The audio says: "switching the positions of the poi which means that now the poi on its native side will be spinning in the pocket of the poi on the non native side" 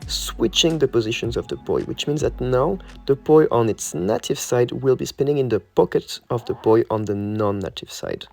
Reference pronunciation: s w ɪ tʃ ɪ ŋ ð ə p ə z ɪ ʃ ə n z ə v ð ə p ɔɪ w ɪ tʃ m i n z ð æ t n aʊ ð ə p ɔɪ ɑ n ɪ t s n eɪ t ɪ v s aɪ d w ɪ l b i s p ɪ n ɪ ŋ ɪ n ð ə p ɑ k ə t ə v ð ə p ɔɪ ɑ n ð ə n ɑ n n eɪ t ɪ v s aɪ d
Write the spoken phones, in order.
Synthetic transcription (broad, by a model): s w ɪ tʃ ɪ ŋ ð ə p ə z ɪ ʃ ə n z ə v ð ə b ɔɪ w ɪ tʃ m i n z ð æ t n aʊ ð ə b ɔɪ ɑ n ɪ t s n eɪ t ɪ v s aɪ d w ɪ l b i s p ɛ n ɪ ŋ ɪ n ð ə p ɑ k ə t ə v ð ə b ɔɪ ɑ n ð ə n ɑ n n eɪ t ɪ v s aɪ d